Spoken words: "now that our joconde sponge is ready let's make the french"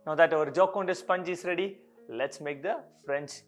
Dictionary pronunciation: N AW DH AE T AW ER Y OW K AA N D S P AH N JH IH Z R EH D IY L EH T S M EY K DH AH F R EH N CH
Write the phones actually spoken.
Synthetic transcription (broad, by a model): N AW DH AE T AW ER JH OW K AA N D S P AH N JH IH S R EH D IY L EH T S M EY K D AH F R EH N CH